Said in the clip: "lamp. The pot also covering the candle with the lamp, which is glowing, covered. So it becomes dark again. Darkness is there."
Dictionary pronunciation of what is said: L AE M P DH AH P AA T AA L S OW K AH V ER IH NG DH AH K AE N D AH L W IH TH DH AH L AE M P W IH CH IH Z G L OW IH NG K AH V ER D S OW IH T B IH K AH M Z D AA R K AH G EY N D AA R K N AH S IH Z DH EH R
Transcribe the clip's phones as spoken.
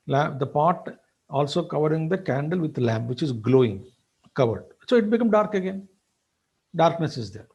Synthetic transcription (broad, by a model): L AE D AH P AA T AA L S OW K AH V ER IH NG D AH K AE N D AH L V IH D L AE M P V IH CH IH Z G L OW IH NG K AH V ER D S OW IH T B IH K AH M D AA R K AH G EY N D AA R K N AH S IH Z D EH R